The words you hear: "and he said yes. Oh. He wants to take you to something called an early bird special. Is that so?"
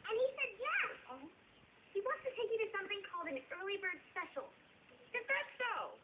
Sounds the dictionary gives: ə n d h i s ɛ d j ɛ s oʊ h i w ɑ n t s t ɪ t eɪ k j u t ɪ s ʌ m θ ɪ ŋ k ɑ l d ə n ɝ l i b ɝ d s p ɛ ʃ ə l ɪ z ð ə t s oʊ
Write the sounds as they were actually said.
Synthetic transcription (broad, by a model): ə n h i s ɛ d j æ oʊ h i w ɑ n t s t ɪ t eɪ k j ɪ t ɪ s ʌ m θ ɪ ŋ k ɑ l d ə n ɝ l i b ɝ d s p ɛ ʃ l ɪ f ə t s oʊ